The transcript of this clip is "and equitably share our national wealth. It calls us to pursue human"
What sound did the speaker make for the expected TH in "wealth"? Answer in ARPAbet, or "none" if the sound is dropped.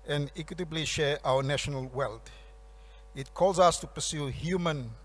T